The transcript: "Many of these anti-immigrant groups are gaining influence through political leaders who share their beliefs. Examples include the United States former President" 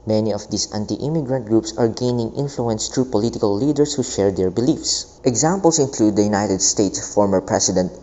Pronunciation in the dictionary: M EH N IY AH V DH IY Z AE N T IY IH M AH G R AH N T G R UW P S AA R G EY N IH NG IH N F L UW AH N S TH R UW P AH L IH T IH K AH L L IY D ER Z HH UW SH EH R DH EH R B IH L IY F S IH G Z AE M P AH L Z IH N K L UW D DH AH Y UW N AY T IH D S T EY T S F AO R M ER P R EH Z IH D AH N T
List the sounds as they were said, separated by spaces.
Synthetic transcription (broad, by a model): M EH N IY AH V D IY S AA N T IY IH M AH G R AH N T G R UW P S AA R G EY N IH NG IH N F L UW AH N S T R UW P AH L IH T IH K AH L L IY D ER S HH UW SH EH R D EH R B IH L IY F S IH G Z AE M P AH L S IH N K L UW D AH Y UW N AY T IH D S T EY T S F AO R M ER P R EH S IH D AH N T